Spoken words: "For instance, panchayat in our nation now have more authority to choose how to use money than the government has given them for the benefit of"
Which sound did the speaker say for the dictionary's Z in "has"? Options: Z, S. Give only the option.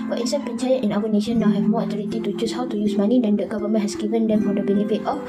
S